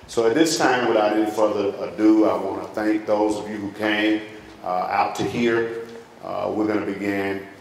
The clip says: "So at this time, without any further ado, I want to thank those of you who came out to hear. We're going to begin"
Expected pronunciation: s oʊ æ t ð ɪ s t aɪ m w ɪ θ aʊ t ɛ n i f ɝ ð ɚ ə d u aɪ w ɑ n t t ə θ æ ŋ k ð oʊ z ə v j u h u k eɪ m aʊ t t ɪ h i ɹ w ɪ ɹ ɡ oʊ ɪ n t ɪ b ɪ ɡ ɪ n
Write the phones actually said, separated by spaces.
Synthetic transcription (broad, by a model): s oʊ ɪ t ð ɪ s t aɪ m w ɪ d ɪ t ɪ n f ɝ ð ɚ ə d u aɪ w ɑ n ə θ æ ŋ k ð oʊ z ə v j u h u k eɪ m aʊ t t ɪ h i ɹ w ɪ ɹ ɡ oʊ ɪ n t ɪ b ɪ ɡ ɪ n